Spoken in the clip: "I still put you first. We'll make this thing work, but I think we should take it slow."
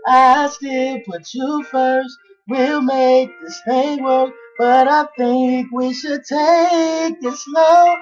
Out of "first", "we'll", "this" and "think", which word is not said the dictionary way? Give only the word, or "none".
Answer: none